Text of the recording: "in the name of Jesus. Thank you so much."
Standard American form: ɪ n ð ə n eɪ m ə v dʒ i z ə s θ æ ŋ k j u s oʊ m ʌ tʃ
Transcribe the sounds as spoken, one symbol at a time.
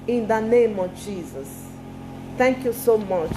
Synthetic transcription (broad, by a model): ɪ n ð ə n eɪ m ə v dʒ i z ə s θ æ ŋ k j u s oʊ m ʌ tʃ